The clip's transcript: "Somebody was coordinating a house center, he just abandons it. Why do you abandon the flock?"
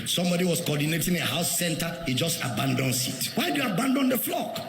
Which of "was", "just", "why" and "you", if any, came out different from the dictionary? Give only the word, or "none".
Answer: was